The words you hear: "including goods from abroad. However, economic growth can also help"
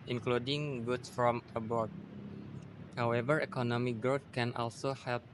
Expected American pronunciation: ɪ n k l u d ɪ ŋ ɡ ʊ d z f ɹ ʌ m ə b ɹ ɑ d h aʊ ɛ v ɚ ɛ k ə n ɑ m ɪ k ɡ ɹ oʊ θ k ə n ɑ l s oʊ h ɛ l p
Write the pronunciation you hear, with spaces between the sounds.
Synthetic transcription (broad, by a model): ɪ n k l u d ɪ ŋ ɡ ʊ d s f ɹ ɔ m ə b ɑ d h aʊ ɛ v ɚ ɛ k ə n ɑ m ɪ k ɡ ɹ oʊ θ k ə n ɑ l s oʊ h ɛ l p